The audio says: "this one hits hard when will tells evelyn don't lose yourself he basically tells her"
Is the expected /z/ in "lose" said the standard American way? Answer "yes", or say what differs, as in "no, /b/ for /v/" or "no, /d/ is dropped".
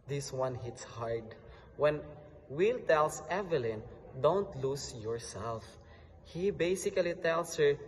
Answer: no, /s/ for /z/